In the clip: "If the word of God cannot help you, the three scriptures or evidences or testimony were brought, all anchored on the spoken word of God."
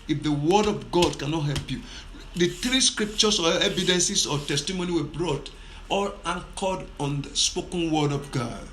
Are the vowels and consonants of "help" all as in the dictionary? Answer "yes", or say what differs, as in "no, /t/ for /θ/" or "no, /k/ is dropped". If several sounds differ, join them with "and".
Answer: yes